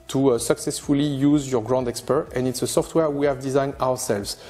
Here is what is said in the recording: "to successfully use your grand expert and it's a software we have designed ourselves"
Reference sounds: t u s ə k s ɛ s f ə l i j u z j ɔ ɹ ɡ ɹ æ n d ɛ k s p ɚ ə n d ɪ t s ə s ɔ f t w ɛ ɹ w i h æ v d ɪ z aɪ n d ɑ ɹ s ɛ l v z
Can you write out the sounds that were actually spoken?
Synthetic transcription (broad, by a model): t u s ə k s ɛ s f ə l i j u z j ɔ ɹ ɡ ɹ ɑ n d ɛ k s p ɚ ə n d ɪ t s ə s ɔ f t w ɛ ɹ w i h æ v d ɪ z aɪ n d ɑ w s ɛ l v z